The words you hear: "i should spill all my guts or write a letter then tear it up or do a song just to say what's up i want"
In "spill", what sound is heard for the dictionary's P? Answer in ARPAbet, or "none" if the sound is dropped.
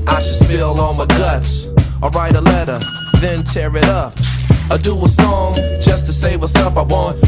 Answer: F